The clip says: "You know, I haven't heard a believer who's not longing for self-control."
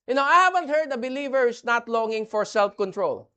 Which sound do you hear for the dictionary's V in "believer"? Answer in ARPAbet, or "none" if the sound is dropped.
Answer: V